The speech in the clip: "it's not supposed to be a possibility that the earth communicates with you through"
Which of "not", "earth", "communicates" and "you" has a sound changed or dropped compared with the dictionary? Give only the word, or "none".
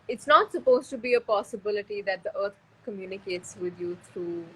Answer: earth